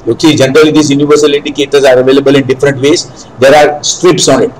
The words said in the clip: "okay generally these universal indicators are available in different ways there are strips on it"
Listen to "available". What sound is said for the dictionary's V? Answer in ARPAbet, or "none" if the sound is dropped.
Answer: V